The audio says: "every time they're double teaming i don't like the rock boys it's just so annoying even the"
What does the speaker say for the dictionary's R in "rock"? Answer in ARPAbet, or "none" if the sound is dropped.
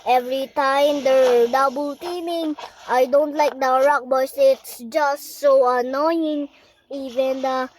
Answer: R